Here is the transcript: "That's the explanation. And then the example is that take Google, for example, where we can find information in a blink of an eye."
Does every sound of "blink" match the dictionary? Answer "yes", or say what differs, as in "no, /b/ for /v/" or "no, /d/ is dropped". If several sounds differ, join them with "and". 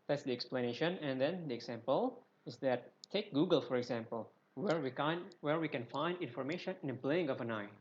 no, /k/ is dropped